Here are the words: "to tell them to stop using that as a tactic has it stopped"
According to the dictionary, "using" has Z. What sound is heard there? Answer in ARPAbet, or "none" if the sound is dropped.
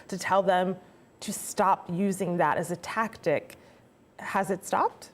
Z